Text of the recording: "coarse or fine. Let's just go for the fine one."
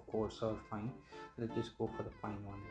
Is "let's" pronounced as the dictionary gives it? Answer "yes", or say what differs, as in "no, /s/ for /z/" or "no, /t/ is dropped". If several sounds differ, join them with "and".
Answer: no, /s/ is dropped